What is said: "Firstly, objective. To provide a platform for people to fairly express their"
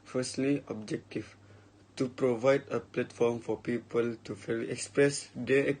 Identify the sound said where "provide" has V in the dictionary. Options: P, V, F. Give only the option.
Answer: V